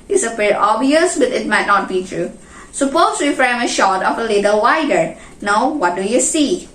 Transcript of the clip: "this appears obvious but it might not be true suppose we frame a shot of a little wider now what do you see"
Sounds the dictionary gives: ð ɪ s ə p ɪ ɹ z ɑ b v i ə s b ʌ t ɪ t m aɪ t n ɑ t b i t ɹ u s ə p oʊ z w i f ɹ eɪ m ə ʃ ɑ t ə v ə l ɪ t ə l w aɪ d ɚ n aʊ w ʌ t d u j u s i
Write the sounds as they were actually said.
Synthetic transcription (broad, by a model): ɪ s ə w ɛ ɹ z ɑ b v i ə s b ʌ t ɪ t m aɪ t n ɑ t b i t ɹ u s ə p oʊ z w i f ɹ eɪ m ə ʃ ɑ t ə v ə l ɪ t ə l w aɪ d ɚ n aʊ w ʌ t d u j u s i